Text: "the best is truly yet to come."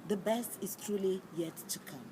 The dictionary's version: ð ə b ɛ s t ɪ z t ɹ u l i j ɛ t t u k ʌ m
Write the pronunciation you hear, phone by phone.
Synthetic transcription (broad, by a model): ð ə b ɛ s t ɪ s t ɹ u l i j ɛ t t u k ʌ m